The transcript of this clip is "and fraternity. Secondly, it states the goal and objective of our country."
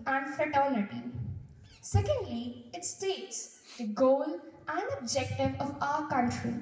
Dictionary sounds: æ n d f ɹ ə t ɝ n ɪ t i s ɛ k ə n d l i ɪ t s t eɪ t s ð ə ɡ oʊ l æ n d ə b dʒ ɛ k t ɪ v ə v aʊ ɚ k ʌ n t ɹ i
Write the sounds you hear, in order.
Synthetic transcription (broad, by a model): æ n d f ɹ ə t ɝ l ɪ t i s ɛ k ə n d l i ɪ t s t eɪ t s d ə ɡ oʊ l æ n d ə b dʒ ɛ k t ɪ v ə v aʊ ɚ k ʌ n t ɹ i